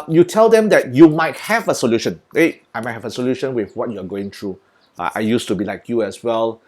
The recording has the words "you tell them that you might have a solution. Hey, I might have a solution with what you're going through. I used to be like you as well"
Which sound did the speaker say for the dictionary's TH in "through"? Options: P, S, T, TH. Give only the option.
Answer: T